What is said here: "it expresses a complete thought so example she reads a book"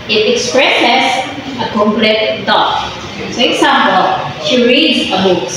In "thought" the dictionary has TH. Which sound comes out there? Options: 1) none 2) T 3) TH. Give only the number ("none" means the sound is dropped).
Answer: 2